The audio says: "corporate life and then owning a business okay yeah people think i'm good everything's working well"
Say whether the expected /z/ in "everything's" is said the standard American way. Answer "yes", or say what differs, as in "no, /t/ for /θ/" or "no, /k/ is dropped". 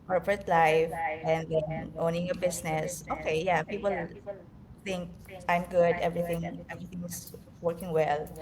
no, /s/ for /z/